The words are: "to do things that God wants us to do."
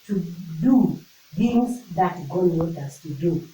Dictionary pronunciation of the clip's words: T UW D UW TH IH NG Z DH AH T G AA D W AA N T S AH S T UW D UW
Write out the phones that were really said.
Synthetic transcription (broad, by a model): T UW D UW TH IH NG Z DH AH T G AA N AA T AH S T UW D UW